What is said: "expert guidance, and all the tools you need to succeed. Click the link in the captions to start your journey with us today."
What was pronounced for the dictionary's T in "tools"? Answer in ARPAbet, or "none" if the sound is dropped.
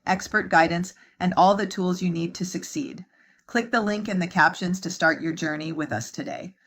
T